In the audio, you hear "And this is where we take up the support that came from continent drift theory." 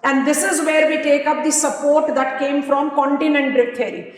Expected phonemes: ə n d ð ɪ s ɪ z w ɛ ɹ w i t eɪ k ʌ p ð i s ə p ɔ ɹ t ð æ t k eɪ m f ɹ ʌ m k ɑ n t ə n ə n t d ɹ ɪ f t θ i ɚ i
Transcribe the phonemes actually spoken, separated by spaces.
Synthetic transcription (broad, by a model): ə n d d ɪ s ɪ z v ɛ ɹ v i t eɪ k ʌ p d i s ə p ɔ ɹ t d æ t k eɪ m f ɹ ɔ m k ɑ n t ə n ə n t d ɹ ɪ t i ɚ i